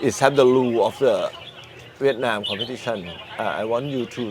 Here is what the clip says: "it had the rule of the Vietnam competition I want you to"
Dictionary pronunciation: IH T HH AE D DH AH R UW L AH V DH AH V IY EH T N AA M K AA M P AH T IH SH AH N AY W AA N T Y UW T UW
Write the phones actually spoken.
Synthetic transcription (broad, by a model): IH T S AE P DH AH L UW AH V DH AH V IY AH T N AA M K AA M P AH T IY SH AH N AY W AA N T Y UW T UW